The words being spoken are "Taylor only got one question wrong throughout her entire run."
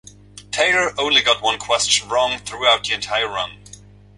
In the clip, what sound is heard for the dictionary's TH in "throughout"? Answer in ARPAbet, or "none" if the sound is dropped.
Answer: TH